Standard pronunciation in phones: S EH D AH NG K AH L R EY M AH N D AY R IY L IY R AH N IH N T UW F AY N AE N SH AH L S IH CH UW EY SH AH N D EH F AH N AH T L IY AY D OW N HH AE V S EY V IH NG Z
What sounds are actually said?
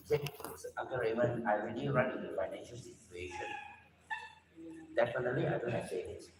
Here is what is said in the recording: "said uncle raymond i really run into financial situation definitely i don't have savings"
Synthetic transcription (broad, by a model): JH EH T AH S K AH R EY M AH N AY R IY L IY R AH N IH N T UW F AY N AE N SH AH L S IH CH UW EY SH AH N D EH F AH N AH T L IY AY D OW N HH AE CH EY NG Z